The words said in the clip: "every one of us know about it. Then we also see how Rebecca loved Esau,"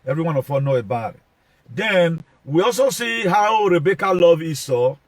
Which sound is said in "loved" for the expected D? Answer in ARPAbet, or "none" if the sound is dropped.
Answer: none